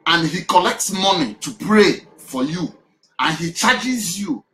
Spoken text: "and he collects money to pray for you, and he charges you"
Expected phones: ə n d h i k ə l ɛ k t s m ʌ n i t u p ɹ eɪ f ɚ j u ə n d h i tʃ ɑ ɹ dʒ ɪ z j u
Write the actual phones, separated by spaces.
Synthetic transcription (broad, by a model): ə n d h i k ə l ɛ k t s m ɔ n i t u p ɹ eɪ f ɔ j u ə n h i tʃ ɑ dʒ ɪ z j u